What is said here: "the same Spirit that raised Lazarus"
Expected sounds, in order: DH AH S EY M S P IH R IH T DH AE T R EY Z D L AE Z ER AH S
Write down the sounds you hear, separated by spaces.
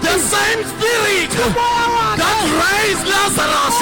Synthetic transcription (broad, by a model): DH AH S EY M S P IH L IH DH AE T R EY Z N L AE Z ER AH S